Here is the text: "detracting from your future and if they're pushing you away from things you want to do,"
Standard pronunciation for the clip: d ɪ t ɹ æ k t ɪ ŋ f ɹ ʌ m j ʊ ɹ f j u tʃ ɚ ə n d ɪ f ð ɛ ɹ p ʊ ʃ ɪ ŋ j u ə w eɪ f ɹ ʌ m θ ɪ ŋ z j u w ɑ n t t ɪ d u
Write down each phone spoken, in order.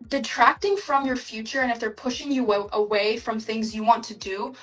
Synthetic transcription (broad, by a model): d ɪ t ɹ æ k t ɪ ŋ f ɹ ʌ m j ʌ ɹ f j u tʃ ɚ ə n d ɪ f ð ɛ ɹ p ʊ ʃ ɪ ŋ j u ə w eɪ f ɹ ʌ m θ ɪ ŋ z j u w ɑ n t t ɪ d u